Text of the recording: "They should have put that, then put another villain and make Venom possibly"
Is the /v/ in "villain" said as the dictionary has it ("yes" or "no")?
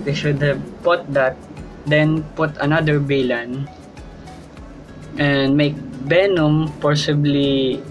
no